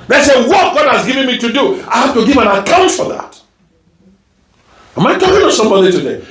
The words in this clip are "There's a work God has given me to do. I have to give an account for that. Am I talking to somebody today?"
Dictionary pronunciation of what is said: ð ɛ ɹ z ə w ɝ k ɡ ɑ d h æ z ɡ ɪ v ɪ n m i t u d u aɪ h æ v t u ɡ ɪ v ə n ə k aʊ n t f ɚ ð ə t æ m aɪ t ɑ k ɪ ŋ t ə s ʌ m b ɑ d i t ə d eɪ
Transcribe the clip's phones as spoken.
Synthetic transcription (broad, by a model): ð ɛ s ə w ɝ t ɡ ɑ d h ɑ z ɡ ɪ v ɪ n m i t u d u aɪ h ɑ f t u ɡ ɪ v ə n ə k aʊ n t f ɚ ð ə t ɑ m aɪ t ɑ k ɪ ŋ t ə s ʌ m b ɑ d i t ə d eɪ